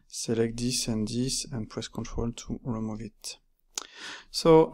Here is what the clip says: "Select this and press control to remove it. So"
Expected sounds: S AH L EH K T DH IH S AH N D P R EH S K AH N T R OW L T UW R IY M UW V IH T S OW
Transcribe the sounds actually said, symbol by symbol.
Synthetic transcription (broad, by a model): S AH L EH K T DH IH S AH N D P R EH S K AH N T R OW L T UW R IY M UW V IH T S OW